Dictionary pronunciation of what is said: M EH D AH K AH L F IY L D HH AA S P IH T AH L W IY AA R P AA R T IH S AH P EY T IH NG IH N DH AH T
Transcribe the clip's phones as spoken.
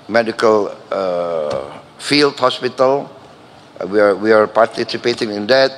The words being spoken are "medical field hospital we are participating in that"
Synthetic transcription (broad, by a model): M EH D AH K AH L F IY L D HH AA S P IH T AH L W IY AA W P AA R T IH S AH P EY T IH NG IH N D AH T